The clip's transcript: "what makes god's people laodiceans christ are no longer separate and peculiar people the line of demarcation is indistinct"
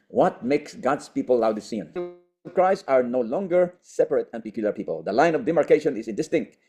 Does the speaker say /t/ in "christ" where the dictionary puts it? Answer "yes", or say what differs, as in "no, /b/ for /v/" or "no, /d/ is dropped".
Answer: no, /t/ is dropped